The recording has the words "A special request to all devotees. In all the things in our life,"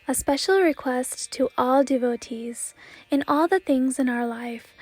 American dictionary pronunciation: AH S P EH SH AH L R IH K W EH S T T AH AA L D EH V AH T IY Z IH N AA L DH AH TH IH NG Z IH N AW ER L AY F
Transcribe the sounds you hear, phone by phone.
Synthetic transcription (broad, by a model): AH S P EH SH L R IH K W EH S T T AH AA L D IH V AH T IY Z IH N AA L DH AH TH IH NG Z IH N AW ER L AY F